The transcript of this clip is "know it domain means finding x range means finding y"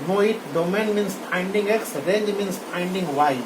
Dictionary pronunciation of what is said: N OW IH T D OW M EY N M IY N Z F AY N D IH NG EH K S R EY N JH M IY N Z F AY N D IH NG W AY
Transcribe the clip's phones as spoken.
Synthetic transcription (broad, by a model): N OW IH T D OW M EY N M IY N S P AY N D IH NG EH K S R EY JH M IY N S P AY N D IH NG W AY